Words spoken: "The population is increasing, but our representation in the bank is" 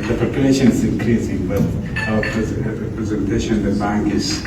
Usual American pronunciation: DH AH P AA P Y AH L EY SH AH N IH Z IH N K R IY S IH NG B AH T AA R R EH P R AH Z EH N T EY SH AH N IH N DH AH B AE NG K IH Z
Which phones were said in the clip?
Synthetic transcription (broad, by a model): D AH P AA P Y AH L EY SH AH N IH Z IH N K R IY S IH NG B AH T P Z R EH P R AH Z EH N T EY SH AH N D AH B AE NG K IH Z